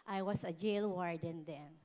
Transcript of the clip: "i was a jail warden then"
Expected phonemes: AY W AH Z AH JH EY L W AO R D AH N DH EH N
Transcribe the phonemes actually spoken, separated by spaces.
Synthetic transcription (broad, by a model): AY W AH S AH JH EY L W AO R D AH N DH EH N